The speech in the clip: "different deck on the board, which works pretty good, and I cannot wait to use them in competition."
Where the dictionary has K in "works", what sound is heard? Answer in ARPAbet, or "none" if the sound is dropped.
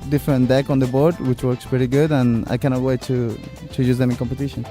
K